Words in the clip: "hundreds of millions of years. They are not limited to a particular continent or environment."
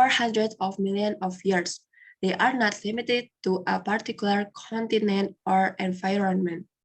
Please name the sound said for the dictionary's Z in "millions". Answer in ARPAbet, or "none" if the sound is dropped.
none